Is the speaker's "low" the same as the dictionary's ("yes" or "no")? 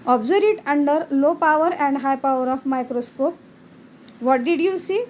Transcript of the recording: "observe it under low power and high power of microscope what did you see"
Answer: yes